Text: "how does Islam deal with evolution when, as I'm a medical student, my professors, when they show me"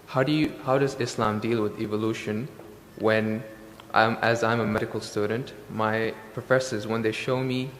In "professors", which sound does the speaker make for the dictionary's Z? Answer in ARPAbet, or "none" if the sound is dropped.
Z